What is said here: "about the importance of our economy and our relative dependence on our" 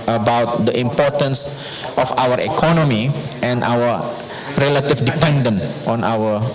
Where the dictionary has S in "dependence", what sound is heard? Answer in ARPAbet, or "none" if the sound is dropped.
none